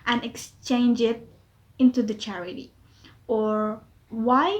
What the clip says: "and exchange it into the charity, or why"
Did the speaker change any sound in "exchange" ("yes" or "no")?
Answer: no